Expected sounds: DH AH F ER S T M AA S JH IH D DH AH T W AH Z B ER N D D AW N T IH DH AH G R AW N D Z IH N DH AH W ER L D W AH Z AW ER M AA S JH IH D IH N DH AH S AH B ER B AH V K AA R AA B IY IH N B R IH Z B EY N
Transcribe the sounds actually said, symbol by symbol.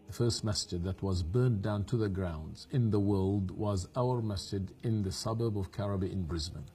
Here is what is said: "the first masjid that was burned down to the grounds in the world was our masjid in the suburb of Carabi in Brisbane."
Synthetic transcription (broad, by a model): DH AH F ER S T M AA S CH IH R DH AH T W AH Z B ER N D D AW N T IH DH AH G R AW N D Z IH N DH AH W ER L D W AH Z AW ER M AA S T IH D IH N DH AH S AH B ER B AH V K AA R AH B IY IH N B R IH Z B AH N